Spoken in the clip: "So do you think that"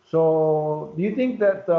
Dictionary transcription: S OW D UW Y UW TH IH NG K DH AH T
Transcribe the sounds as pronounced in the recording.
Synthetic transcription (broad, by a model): S OW D UW Y UW T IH NG K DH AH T